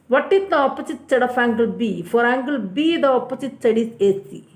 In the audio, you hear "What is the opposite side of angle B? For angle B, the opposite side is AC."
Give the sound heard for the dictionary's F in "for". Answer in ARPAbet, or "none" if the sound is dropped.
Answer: F